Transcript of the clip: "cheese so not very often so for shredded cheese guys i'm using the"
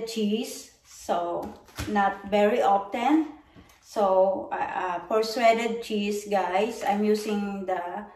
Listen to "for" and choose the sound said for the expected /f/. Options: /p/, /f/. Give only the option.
/p/